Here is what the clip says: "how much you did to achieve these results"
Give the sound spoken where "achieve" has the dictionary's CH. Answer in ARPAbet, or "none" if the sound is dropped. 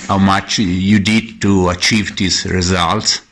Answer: CH